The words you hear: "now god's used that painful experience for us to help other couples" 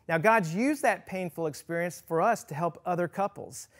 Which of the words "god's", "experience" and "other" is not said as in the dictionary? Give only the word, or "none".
none